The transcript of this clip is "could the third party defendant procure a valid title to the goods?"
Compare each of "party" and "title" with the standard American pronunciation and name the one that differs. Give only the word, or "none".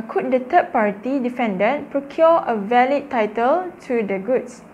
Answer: none